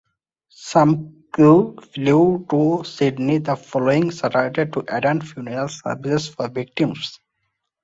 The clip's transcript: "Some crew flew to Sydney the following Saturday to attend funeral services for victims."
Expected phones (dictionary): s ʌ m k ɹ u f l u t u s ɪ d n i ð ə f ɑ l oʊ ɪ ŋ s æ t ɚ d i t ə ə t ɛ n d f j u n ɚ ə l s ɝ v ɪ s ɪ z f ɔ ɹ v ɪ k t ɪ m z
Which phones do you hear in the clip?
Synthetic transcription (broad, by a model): s ʌ m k u f l u t u s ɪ d n i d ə f ɑ l oʊ ɪ ŋ s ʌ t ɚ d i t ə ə t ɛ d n f j u n ɚ ə l s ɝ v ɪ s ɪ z f ɔ ɹ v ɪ k t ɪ m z